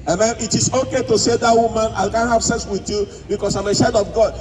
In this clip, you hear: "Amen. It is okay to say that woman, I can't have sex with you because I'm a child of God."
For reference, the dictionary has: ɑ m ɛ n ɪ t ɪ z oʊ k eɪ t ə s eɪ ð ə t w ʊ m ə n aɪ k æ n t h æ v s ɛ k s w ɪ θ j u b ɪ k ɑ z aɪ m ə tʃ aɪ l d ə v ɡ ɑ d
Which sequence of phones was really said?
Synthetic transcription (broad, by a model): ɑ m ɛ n ɪ t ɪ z oʊ k eɪ t ə s eɪ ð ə t w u m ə n aɪ k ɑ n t h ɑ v s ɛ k s w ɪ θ j u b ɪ k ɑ s aɪ m ə ʃ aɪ d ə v ɡ ɑ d